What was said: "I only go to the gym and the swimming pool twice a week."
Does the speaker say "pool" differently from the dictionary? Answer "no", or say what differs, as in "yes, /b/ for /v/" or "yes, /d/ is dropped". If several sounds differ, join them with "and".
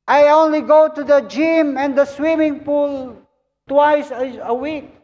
no